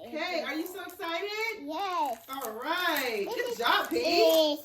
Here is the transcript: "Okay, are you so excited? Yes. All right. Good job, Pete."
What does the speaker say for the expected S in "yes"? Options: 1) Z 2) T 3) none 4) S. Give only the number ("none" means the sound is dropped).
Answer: 3